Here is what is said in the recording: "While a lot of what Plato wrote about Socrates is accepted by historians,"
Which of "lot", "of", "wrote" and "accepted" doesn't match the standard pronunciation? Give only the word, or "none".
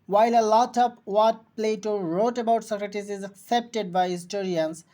of